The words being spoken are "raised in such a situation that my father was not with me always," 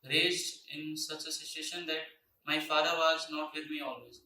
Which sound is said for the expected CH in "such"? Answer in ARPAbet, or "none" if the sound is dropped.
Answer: CH